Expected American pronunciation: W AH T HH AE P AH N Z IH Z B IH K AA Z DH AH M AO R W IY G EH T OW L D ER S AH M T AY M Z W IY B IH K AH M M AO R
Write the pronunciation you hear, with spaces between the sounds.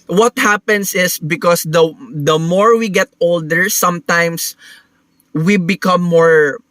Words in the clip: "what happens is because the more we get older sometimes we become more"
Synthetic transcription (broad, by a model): W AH T HH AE P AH N S IH S B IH K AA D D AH M AO R W IY G EH T OW L D ER S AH M T AY M S W IY B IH K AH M M AO R